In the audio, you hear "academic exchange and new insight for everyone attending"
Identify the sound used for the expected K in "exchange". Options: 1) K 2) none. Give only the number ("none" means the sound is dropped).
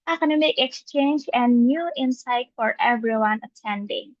1